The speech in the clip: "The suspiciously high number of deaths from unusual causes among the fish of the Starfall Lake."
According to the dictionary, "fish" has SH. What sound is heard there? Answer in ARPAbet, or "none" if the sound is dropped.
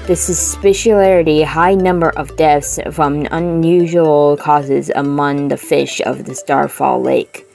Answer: SH